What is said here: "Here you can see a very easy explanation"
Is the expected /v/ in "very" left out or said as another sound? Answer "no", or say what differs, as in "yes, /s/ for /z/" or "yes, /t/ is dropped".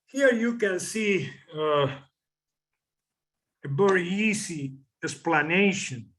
yes, /b/ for /v/